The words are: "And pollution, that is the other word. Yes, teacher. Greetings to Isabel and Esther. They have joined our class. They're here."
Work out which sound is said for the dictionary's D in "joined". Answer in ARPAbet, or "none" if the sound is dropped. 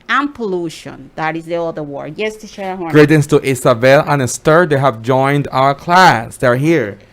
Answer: D